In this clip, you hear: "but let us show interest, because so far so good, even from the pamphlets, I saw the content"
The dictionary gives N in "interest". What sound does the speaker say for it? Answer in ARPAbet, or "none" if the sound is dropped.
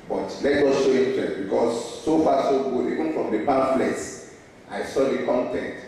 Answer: none